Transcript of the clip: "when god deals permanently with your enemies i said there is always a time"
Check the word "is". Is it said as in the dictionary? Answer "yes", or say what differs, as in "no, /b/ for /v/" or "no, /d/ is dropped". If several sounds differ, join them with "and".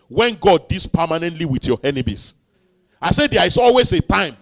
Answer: no, /s/ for /z/